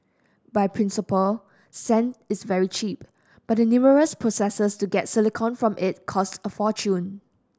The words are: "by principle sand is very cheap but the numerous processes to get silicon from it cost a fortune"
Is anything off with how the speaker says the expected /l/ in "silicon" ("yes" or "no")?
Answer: no